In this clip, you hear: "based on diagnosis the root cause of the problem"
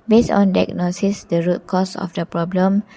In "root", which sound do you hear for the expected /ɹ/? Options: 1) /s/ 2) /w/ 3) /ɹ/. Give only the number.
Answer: 3